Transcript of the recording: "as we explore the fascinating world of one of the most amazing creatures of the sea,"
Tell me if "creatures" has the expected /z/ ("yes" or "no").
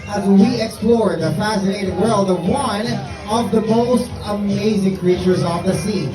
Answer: yes